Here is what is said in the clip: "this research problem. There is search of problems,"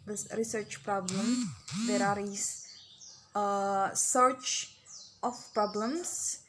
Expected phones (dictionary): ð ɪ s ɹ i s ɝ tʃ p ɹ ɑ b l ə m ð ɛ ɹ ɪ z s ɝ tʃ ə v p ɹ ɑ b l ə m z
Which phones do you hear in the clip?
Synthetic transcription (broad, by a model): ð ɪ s ɹ i s ɝ tʃ p ɹ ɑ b l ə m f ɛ ɹ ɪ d s ɝ tʃ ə f p ɹ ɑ b l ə m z